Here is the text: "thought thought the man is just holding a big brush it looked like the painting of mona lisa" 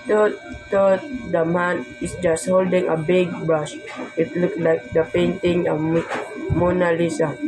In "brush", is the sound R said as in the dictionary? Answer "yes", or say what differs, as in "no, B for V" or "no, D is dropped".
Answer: no, R is dropped